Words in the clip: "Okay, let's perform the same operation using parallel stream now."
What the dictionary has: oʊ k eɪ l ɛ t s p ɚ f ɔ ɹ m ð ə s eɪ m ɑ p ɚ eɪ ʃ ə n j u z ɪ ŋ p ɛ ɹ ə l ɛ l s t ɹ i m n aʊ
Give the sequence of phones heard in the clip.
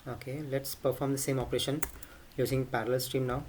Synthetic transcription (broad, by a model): oʊ k eɪ l ɛ t s p ɚ f ɔ ɹ m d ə s eɪ m ɑ p ɚ eɪ ʃ ə n j u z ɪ ŋ p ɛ ɹ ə l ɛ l s t ɹ i m n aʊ